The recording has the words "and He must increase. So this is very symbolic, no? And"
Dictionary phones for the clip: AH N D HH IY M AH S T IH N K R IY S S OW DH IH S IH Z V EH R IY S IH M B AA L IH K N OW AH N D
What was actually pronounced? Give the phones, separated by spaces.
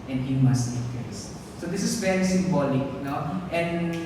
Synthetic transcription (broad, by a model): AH N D HH IY M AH S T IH K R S S OW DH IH S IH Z V EH R IY S IH M B AA L IH K N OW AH N D